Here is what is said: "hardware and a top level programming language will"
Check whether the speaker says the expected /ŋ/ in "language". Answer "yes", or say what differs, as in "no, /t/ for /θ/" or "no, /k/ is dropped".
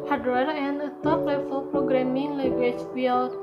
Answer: no, /ŋ/ is dropped